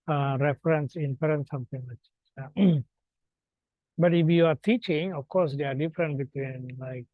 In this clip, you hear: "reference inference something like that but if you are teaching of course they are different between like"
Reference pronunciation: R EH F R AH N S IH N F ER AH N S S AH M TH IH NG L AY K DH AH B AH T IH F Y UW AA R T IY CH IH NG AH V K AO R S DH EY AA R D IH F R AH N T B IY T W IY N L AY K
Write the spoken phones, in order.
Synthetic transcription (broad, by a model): R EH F R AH N S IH N P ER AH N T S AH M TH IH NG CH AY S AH B AH T IH F Y UW AA R T IY CH IH NG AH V K AO R S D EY AA R D IH F R AH N T B IY T W IY N L AY K